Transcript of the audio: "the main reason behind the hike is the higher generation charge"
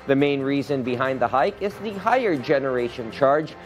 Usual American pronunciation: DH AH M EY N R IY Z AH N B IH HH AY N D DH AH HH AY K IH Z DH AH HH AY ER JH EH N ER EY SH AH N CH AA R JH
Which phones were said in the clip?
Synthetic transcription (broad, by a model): DH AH M EY N R IY Z AH N B IH HH AY N D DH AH HH AY K IH Z DH AH HH AY ER JH EH N ER EY SH AH N CH AA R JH